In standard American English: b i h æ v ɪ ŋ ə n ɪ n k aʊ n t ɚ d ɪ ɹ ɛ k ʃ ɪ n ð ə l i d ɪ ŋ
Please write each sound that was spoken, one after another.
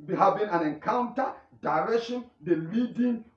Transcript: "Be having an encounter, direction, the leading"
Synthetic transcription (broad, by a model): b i h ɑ b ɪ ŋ ə n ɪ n k aʊ n t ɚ d ɪ ɹ ɛ k ʃ ɪ n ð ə l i d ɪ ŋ